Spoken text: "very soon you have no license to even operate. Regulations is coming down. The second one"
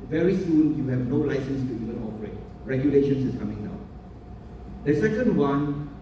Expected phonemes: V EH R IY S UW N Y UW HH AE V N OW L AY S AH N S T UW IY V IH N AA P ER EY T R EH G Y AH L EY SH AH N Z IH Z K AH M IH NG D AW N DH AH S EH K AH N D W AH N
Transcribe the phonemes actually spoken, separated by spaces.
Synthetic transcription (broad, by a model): V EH R IY S UW N Y UW HH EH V N OW L AY S AH N S T UW IY V IH N AA P ER EY T R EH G Y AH L EY SH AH N S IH S K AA M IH NG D AW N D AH S EH K AH N D W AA N